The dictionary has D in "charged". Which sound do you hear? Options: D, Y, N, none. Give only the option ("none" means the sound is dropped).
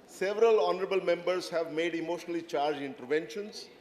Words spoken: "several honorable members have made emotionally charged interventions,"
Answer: none